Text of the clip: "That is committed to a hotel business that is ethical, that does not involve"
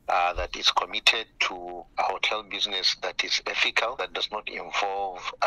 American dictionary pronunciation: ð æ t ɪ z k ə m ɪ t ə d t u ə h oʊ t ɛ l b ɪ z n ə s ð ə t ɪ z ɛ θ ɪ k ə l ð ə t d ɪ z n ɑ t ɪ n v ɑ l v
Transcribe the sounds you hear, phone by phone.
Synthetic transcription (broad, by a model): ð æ t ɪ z k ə m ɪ t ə d t u ə h oʊ t ɛ l b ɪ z n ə s ð ə t ɪ z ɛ f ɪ k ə l ð ə t d ɪ z n ɑ t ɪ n v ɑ l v